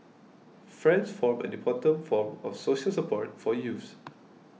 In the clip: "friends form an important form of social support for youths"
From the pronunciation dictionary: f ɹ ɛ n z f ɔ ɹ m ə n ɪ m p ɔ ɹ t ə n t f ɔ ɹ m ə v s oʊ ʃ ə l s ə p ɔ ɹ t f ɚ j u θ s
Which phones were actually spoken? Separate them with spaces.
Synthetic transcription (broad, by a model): f ɹ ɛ n s f ɔ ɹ m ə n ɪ p ɔ t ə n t f ɔ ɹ m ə f s oʊ ʃ ə l s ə p ɔ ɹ t f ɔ j u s